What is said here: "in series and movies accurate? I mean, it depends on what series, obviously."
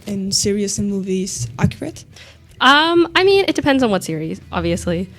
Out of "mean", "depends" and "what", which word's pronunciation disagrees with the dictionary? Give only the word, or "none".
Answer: none